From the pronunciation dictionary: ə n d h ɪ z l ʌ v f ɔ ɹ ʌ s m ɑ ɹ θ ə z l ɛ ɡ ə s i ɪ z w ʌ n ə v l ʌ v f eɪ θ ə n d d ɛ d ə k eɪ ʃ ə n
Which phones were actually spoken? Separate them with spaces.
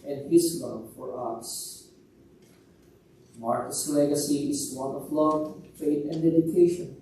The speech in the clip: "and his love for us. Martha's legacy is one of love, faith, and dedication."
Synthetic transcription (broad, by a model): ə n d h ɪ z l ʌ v f ɔ ɹ ʌ s m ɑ ɹ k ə s l ɛ ɡ ə s i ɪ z w ʌ n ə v l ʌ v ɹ eɪ t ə n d d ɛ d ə k eɪ ʃ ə n